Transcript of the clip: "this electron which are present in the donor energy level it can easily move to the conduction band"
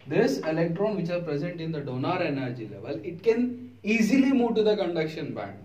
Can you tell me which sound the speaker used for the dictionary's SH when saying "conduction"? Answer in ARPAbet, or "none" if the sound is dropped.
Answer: SH